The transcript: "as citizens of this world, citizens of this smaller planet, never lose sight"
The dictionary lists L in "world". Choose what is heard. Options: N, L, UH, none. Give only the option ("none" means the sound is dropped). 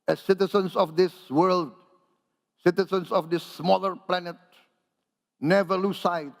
L